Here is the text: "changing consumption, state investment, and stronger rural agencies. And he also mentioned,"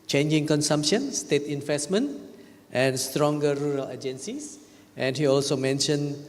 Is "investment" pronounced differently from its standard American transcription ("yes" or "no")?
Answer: no